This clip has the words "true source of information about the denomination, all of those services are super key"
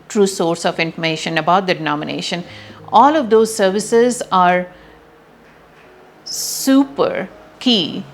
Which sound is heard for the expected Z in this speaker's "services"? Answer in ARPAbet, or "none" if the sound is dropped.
Z